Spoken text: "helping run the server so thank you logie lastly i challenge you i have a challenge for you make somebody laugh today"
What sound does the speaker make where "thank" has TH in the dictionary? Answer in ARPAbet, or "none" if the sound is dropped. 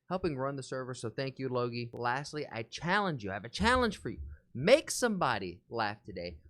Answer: TH